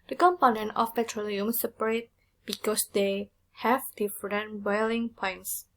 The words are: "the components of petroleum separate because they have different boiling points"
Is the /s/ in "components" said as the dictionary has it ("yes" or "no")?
no